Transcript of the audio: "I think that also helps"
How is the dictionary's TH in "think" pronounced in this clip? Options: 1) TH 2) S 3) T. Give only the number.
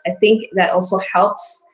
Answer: 1